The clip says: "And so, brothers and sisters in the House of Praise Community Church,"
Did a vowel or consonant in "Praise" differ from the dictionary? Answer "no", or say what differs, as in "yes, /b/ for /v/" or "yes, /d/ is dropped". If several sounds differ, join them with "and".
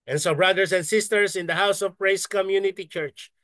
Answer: yes, /s/ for /z/